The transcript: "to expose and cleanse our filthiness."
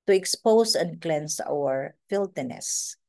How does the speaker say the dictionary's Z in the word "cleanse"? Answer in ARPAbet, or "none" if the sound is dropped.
S